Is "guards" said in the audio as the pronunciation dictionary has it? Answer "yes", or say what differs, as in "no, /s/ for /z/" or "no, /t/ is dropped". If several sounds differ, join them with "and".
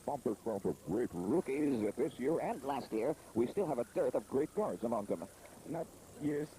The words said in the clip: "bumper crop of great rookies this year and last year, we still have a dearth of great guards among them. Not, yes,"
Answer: yes